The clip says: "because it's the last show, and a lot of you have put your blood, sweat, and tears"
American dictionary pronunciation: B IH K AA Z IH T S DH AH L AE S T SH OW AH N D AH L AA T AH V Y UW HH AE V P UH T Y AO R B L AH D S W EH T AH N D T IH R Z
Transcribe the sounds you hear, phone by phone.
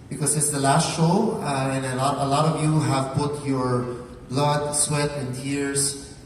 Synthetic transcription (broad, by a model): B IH K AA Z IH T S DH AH L AE S T SH OW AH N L AH L AA T AH V Y UW HH AE V P UH T Y AO R B L AH D S W EH T AH N D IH R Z